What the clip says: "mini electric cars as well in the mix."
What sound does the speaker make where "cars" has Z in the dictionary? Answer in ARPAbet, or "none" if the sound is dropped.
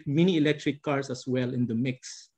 S